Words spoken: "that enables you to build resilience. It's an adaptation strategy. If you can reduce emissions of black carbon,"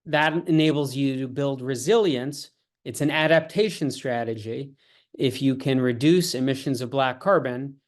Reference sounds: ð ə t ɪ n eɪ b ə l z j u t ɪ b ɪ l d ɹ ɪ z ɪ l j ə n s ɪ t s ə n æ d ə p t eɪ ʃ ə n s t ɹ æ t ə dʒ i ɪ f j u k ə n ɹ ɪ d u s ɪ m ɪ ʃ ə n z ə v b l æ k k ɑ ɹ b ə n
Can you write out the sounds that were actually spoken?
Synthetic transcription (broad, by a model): ð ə t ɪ n eɪ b l z j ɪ t ɪ b ɪ l d ɹ ɪ z ɪ l j ə n s ɪ t s ə n æ d ə p t eɪ ʃ ə n s t ɹ æ t ə dʒ i ɪ f j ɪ k ə n ɹ ɪ d u s ɪ m ɪ ʃ ə n z ə v b l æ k k ɑ ɹ b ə n